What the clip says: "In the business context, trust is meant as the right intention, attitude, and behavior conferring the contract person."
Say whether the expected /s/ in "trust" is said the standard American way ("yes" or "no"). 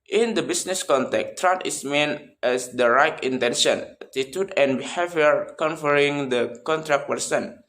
no